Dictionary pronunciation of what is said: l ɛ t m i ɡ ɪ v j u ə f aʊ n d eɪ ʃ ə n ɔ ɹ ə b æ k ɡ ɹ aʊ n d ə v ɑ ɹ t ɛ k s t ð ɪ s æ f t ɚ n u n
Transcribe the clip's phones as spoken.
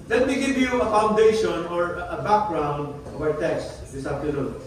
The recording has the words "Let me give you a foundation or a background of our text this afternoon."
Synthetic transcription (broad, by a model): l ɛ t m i ɡ ɪ v j u ə f aʊ n d eɪ ʃ ə n ɔ ɹ ə b æ k ɡ ɹ aʊ n d ə v ɑ ɹ t ɛ k s t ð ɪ s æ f t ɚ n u n